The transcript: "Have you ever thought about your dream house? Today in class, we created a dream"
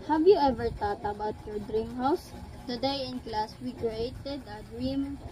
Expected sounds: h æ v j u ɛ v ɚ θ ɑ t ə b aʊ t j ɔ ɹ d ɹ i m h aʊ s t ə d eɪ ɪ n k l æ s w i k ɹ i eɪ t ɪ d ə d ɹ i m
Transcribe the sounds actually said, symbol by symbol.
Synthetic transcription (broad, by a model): h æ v j u ɛ v ɚ t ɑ t ə b aʊ t j ɔ ɹ d ɹ i m h aʊ s t ə d eɪ ɪ n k l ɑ s w i k ɹ i eɪ t ɪ d ə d ɹ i m